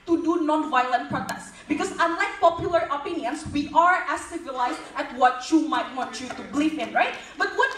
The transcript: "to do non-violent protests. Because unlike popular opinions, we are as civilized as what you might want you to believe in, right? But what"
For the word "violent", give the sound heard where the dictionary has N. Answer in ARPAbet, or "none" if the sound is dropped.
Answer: N